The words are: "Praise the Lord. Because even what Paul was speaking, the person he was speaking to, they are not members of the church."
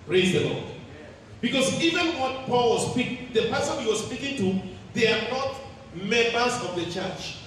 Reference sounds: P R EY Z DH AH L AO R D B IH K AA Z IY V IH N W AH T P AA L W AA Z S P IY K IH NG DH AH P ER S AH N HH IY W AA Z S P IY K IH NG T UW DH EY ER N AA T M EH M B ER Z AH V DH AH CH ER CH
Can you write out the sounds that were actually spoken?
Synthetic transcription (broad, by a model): P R EY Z DH AH L AO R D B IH K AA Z IY V IH N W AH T P AA L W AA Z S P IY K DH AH P ER S AH N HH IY W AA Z S P IY K IH NG T UW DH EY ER N AA T M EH M B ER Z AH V DH AH CH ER CH